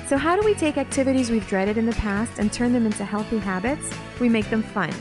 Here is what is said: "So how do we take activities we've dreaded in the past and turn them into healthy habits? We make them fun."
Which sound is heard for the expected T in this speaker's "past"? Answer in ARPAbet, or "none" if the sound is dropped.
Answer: T